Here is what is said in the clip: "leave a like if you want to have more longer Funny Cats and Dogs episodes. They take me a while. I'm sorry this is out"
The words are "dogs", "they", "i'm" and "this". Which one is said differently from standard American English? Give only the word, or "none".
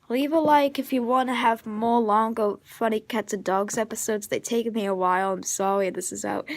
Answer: none